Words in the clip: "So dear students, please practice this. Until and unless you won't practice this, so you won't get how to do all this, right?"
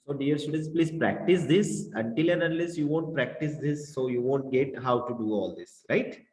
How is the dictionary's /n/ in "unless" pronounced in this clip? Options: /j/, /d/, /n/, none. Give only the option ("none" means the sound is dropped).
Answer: none